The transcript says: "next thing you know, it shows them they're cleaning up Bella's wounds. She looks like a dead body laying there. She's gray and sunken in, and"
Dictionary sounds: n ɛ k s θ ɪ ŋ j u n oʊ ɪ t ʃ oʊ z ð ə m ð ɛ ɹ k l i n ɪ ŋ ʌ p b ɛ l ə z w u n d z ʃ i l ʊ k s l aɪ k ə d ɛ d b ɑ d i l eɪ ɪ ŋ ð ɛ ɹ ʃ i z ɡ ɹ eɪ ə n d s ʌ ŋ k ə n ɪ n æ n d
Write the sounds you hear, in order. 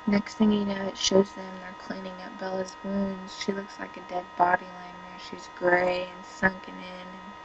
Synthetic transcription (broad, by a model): n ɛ k s θ ɪ ŋ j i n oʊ ɪ t ʃ oʊ z ð ə m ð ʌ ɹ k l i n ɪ ŋ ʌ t b ɛ l ə z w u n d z ʃ i l ʊ k s l aɪ k ə d ɛ d b ɑ d i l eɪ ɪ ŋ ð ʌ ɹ ʃ i z ɡ ɹ eɪ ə n s ʌ ŋ k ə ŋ ɪ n n